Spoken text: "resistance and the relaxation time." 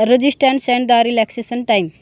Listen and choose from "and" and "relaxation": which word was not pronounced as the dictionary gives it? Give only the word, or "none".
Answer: relaxation